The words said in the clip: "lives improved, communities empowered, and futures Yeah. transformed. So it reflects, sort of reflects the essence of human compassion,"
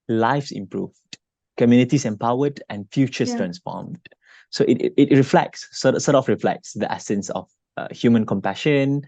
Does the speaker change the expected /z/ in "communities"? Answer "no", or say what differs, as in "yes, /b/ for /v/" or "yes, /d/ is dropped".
yes, /s/ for /z/